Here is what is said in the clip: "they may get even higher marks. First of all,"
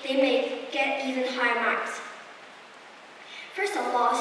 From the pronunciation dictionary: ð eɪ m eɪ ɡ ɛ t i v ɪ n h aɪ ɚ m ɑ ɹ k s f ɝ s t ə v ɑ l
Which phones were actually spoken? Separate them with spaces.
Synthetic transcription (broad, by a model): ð eɪ m eɪ ɡ ɛ t i v ɪ n h aɪ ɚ m ɑ ɹ k s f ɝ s ə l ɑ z